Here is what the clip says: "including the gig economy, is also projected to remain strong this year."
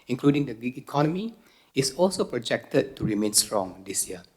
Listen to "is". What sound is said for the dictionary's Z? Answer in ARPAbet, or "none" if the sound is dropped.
S